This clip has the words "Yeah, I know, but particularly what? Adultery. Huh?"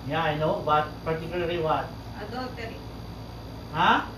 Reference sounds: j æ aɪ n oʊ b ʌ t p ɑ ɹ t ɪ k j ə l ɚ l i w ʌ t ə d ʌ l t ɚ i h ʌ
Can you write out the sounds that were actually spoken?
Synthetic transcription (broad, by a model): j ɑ aɪ n oʊ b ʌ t p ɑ ɹ t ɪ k j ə l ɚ l i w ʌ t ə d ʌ t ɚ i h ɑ